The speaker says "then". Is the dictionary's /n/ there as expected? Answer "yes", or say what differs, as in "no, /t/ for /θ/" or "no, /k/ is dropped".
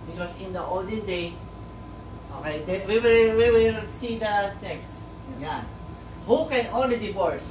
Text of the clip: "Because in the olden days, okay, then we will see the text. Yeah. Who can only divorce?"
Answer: no, /l/ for /n/